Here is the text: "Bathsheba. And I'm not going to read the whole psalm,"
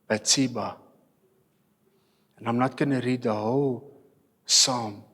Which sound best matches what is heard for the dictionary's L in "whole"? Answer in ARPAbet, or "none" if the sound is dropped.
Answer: W